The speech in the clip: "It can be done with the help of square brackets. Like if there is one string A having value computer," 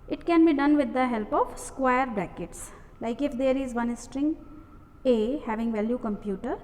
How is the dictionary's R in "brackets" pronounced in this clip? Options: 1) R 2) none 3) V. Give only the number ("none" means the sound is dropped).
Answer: 2